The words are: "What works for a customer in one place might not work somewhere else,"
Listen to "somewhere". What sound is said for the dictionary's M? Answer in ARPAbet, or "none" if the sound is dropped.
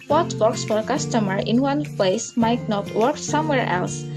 M